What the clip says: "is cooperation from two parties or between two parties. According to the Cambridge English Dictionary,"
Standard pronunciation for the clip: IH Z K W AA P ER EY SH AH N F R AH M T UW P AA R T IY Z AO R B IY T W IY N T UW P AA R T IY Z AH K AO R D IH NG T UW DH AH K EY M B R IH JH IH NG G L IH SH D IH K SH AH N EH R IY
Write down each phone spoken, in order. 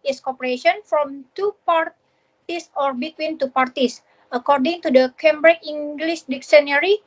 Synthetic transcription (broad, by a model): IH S K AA P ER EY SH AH N F R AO M T UW P AA R T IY S AO R B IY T W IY N T UW P AA R T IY S AH K AO R D IH NG T UW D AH K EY M B R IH IH NG G L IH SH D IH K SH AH N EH R IY